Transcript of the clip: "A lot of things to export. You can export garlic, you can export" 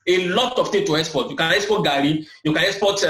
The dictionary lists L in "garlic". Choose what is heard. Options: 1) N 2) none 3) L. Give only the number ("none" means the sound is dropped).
2